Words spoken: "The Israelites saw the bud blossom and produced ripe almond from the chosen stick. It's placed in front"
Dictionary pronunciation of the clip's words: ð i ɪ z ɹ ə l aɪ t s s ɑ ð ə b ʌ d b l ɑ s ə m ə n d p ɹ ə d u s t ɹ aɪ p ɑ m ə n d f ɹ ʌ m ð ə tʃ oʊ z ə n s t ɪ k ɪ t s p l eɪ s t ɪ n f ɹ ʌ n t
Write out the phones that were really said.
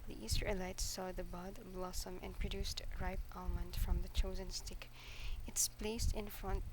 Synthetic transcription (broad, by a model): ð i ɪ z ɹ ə l aɪ t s s ɑ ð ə b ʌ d b l ɑ s ə m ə n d p ɹ ə d u s t ɹ aɪ p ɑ m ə n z f ɹ ʌ m ð ə tʃ oʊ z ə n s t ɪ k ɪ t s p l eɪ s t ɪ n f ɹ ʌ n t